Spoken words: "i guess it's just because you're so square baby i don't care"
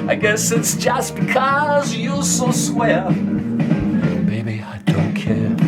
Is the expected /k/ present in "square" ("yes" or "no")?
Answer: no